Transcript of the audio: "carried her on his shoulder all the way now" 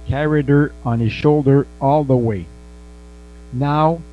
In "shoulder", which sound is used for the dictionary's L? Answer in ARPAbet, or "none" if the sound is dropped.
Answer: L